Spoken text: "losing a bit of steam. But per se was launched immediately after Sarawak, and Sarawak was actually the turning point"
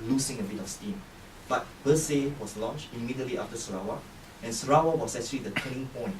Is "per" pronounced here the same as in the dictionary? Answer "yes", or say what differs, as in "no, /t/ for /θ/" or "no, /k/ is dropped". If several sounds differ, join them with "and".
no, /b/ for /p/